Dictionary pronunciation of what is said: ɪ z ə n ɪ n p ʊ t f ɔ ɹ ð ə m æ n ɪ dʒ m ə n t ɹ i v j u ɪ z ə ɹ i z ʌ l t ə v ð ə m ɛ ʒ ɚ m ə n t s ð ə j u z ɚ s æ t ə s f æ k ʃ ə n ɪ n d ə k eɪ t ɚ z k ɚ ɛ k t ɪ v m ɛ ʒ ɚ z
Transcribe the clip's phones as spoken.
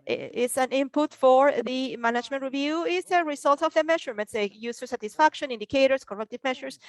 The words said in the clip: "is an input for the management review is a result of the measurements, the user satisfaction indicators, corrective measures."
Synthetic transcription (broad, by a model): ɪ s ə n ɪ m p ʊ t f ɔ ɹ ð ə m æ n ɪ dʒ m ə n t ɹ i v j u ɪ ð ə ɹ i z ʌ l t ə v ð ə m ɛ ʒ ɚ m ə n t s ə j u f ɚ s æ t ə s f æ k ʃ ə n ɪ n d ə k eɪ t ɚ s k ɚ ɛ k t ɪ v m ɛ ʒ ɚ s